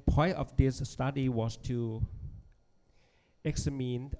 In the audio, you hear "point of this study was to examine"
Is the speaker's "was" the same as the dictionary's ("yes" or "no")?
no